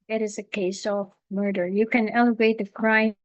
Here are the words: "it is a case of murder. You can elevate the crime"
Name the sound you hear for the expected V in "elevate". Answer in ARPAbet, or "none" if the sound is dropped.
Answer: V